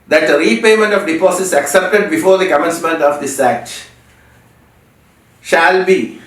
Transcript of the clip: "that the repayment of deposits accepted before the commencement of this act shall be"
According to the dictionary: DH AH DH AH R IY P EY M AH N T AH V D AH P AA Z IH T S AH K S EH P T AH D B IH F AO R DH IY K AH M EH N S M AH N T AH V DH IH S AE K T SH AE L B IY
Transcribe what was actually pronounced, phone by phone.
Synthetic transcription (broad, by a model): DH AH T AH R IY P EY M AH N T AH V D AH P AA S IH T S AH K S EH P T AH D B IH F AO R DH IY K AH M EH N S M AH N T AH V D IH S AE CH SH AE L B IY